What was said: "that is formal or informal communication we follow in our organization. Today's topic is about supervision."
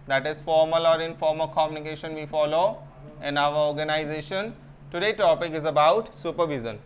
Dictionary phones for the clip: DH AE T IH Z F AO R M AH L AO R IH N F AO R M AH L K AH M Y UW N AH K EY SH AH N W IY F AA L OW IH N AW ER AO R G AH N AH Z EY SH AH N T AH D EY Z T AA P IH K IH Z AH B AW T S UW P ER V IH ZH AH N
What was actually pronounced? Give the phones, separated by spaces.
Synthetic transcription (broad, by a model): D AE T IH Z F AO R M AH L AO R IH N F AO R M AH K AH M Y UW N AH K EY SH AH N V IY F AA L OW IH N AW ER AO R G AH N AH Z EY SH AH N T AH D EY T AA P IH K IH Z AH B AW T S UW P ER V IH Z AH N